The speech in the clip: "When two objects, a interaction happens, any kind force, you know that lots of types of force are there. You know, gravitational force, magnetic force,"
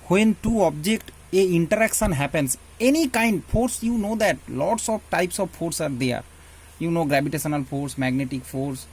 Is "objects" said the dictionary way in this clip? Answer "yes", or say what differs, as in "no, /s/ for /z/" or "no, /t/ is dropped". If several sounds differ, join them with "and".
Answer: no, /s/ is dropped